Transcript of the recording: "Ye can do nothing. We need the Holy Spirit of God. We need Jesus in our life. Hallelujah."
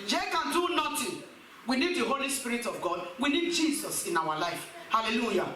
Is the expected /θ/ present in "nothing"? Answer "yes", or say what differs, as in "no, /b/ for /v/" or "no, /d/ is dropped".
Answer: no, /t/ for /θ/